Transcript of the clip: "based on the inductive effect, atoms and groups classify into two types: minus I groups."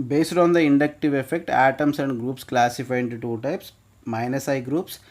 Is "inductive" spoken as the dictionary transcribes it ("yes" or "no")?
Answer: yes